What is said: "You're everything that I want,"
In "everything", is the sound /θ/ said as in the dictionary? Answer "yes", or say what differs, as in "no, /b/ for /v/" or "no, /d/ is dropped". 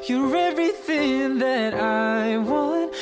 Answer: yes